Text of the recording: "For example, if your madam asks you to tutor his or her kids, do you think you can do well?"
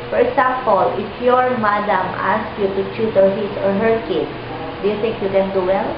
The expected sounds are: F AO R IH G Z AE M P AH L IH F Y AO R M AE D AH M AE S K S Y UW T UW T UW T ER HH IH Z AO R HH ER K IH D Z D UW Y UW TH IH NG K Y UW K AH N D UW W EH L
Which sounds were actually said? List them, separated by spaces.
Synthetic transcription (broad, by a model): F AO R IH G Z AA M P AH L IH F Y AO R M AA D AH M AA S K Y UW T UW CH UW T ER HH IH S AO R HH ER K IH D D UW Y UW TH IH NG K Y UW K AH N D UW W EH L